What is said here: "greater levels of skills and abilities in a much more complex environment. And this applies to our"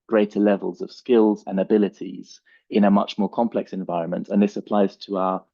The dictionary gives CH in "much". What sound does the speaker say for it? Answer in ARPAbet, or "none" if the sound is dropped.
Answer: CH